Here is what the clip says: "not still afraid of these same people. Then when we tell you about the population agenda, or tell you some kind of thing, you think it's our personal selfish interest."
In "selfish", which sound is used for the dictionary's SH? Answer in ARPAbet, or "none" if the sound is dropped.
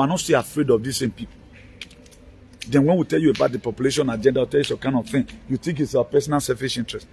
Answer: S